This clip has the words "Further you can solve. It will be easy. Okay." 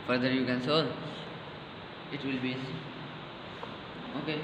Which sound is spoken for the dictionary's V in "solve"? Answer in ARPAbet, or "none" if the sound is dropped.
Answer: none